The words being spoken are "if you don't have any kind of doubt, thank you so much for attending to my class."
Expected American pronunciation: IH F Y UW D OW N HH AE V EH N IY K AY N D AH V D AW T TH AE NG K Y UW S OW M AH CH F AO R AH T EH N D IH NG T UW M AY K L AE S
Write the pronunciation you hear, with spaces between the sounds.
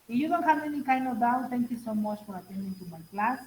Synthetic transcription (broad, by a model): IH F Y UW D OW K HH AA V EH N IY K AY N AH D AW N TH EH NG K Y UW S OW M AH CH F AO R AH T EH N D IH NG T UW M AY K L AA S